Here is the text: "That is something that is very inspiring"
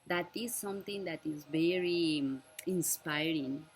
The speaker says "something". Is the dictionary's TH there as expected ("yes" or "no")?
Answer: no